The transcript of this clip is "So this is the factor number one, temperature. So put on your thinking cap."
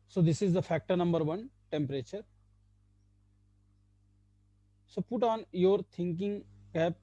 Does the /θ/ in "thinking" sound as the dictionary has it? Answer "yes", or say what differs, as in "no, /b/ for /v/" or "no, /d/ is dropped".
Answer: no, /t/ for /θ/